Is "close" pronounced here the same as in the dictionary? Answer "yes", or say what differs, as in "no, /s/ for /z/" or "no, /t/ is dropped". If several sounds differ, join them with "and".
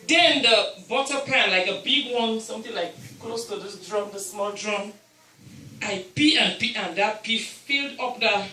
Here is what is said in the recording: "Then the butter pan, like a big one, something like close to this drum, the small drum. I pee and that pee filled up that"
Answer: yes